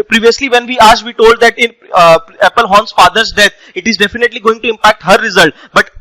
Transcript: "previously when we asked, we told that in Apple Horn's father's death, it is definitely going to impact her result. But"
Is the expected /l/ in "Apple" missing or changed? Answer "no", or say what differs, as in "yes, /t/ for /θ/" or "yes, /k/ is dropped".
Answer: no